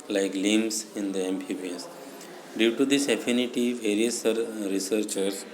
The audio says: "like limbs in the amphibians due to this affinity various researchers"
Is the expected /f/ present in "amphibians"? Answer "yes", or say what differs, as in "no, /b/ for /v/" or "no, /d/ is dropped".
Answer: no, /p/ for /f/